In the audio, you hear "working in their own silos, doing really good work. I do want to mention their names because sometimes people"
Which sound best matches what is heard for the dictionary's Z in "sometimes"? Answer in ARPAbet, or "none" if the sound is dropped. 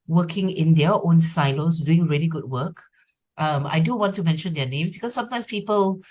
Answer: S